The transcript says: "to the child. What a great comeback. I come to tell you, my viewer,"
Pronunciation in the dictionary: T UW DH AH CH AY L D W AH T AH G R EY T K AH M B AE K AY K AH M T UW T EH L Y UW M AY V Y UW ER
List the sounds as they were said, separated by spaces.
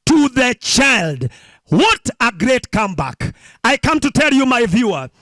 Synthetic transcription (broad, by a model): T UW DH AH CH AY L D W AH T AH G R EY T K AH M B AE K AY K AH M T UW T EH L Y UW M AY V Y UW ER